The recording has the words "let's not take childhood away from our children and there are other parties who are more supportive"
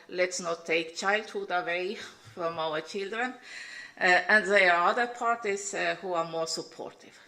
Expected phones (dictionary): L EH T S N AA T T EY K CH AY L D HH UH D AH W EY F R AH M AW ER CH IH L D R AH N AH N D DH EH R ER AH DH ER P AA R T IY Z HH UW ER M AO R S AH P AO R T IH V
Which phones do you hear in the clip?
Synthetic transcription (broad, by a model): L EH T S N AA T T EY K CH AY L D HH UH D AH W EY F R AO M AW ER CH IH L D R AH N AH N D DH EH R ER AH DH ER P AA R T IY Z HH UW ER M AO R S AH P AO R T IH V